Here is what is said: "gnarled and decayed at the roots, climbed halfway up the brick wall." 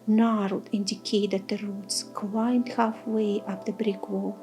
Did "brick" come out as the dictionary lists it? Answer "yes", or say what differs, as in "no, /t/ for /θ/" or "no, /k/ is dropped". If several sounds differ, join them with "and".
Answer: yes